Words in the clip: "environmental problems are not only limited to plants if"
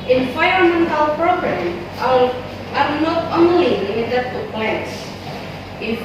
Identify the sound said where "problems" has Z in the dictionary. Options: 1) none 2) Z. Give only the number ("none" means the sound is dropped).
1